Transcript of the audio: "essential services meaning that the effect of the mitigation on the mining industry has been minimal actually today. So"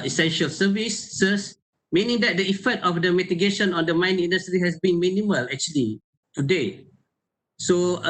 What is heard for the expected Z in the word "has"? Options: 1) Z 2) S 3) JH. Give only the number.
2